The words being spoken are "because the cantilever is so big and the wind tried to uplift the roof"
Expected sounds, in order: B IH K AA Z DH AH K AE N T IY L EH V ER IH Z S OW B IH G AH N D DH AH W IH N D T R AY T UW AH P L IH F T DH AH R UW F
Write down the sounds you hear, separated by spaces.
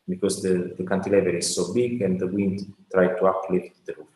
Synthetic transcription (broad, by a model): B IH K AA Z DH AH K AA N T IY L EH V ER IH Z S OW B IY G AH N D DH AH W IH N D T R AY T UW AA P L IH T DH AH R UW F